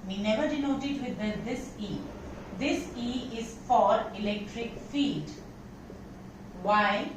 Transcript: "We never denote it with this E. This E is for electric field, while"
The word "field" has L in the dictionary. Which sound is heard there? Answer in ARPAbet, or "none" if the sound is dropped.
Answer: none